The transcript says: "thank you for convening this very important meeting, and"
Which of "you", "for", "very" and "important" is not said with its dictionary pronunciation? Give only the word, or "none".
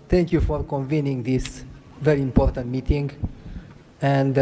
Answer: none